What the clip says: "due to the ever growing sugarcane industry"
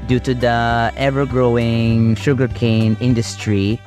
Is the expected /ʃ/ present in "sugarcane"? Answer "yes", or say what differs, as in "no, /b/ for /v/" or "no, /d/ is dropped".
yes